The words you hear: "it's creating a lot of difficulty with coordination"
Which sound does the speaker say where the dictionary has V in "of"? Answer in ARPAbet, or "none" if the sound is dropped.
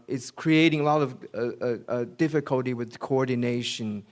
V